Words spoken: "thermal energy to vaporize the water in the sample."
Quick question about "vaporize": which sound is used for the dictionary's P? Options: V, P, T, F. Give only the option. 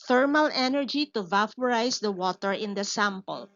F